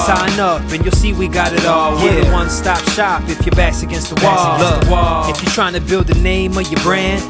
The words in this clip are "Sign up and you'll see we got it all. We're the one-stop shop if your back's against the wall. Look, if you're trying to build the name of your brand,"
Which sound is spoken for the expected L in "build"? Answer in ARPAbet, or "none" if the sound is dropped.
L